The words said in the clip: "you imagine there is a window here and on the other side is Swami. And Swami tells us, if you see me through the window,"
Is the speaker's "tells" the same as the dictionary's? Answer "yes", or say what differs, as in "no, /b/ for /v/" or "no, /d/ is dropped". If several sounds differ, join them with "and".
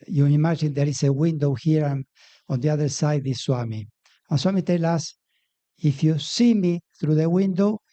no, /z/ is dropped